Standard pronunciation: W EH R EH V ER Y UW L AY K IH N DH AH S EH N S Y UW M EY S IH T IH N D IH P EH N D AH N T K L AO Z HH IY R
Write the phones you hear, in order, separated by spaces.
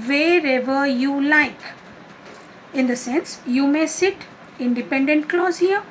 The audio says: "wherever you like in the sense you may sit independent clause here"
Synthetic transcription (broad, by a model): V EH R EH V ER Y UW L AY K IH N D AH S EH N S Y UW M EY S IH T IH N D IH P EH N D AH N T K L AO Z HH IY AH